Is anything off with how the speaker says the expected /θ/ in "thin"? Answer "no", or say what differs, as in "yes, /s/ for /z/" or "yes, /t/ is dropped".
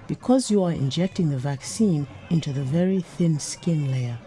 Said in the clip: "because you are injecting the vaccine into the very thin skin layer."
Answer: no